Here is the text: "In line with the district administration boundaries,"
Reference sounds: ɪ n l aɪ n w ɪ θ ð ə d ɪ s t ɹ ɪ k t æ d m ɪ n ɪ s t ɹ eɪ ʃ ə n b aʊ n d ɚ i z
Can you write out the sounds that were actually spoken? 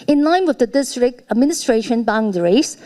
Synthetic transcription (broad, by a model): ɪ n l aɪ n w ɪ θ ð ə d ɪ s t ɹ ɪ k t æ d m ɪ n ɪ s t ɹ eɪ ʃ ə n b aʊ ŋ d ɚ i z